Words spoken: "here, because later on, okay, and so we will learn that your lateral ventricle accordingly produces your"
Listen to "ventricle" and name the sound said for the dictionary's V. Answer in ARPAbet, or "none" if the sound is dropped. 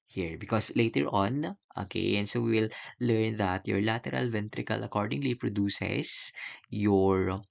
V